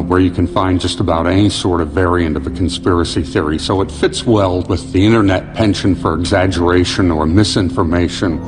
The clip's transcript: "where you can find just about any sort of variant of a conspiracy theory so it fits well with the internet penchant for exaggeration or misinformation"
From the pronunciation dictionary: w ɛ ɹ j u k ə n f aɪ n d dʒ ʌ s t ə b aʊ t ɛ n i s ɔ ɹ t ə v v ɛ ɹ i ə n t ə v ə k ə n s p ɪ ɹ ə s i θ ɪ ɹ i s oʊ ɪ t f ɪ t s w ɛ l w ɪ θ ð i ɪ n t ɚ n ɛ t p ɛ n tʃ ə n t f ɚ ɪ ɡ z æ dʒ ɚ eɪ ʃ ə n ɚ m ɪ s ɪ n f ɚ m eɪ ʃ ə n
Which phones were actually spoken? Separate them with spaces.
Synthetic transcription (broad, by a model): w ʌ ɹ j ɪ k ə n f aɪ n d dʒ ʌ s t ə b aʊ t ɛ n i s ɔ ɹ t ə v v ɛ ɹ i ə n t ə v ə k n s p ɪ ɹ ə s i θ ɪ ɹ i s oʊ ɪ t f ɪ t s w ɛ l w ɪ ð i ɪ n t ɚ n ɛ t p ɛ n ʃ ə n f ɚ ɪ ɡ z æ dʒ ɚ eɪ ʃ ə n ɚ m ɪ s ɪ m f ɚ m eɪ ʃ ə n